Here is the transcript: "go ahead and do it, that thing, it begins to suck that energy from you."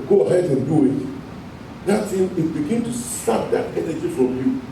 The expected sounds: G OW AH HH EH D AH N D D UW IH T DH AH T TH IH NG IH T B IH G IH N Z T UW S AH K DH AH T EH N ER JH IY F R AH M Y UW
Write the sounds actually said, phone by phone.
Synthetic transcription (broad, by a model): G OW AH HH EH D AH N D D UW IH T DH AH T S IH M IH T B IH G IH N T UW S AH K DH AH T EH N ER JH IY F R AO M Y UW